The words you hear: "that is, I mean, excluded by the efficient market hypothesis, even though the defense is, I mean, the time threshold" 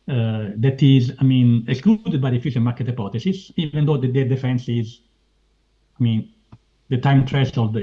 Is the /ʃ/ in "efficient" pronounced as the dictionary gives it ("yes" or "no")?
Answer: no